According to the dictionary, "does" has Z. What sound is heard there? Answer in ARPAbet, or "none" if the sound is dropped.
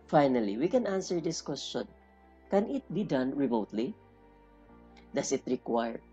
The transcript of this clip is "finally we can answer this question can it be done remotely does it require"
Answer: S